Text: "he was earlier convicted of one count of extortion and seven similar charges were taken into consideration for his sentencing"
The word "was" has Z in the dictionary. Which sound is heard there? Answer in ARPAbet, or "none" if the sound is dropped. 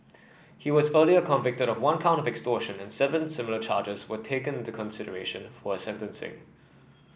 Z